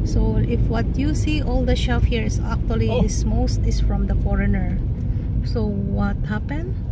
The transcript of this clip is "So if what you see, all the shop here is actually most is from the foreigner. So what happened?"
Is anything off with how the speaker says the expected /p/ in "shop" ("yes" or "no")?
yes